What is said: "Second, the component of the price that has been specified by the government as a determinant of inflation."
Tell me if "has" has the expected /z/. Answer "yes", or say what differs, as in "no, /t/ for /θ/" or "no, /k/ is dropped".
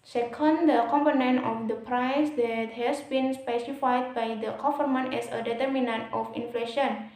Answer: no, /s/ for /z/